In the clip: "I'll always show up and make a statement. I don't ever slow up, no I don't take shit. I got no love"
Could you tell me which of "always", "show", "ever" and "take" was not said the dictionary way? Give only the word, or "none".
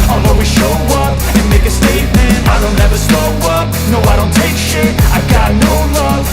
always